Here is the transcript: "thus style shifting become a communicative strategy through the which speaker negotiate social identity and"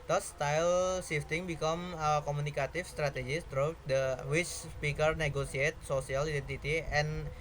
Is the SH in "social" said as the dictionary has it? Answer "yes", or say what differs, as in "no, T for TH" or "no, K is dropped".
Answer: no, S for SH